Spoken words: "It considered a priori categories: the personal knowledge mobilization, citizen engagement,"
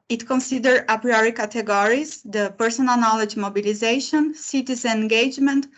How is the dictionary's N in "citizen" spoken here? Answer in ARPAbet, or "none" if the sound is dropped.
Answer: none